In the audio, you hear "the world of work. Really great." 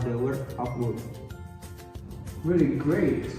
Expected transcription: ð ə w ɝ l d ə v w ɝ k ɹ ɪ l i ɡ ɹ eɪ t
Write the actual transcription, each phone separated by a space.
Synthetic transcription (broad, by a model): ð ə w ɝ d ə p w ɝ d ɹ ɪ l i ɡ ɹ eɪ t